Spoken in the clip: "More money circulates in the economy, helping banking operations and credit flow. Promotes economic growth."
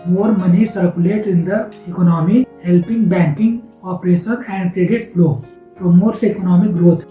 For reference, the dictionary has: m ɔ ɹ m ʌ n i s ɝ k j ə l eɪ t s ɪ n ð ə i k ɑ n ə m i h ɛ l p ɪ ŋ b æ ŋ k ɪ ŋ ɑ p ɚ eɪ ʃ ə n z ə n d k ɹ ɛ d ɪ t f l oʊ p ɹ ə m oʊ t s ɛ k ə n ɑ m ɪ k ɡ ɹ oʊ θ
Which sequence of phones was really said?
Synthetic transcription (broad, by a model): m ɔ ɹ m ʌ n i s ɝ k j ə l eɪ t ɪ n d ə i k ɑ n ə m i h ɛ l p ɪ ŋ b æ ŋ k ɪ ŋ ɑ p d eɪ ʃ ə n ə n d k ɹ ɛ d ɪ t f l oʊ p ɹ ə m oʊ t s ɛ k ə n ɑ m ɪ k ɡ ɹ oʊ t